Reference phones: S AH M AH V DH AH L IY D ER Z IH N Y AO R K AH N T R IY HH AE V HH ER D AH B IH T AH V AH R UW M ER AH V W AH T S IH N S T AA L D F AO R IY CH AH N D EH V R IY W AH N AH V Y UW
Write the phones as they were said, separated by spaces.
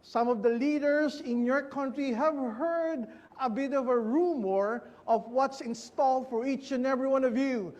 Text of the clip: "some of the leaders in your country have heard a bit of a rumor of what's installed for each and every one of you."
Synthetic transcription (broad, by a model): S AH M AH V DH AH L IY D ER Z IH N Y AO R K AH N T R IY HH AE V HH ER D AH B IH T AH V AH R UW M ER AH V W AH T S IH N S T AA L D F AO R IY CH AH N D EH V R IY W AH N AH V Y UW